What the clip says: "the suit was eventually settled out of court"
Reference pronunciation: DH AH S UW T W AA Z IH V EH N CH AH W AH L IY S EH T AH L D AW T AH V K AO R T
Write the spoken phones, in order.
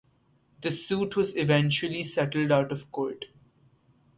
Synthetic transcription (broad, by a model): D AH S UW T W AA Z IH V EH N CH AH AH L IY S EH T AH L D AW T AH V K AO R T